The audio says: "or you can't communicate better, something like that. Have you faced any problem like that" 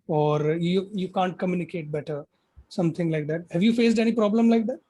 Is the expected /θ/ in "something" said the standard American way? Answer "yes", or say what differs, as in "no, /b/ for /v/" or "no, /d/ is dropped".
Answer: no, /t/ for /θ/